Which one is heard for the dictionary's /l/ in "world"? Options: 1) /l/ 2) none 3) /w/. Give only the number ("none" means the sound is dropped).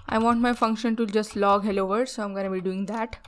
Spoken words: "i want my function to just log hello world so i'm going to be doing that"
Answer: 2